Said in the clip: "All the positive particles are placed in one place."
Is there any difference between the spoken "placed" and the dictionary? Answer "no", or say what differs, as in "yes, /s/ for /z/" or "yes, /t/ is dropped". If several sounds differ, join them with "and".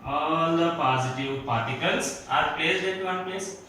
yes, /l/ is dropped